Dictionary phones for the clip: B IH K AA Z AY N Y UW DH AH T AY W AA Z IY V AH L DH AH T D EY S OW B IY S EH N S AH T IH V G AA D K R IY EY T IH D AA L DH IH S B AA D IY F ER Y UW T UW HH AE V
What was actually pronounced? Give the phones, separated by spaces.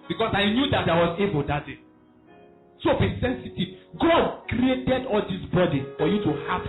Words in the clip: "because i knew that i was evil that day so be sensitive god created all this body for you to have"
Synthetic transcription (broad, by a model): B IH K AA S AY N Y UW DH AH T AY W AA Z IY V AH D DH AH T D EY S OW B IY S EH N S AH T IH V G AA D K R IY EY T IH D AA L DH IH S B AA D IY F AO Y UW T UW HH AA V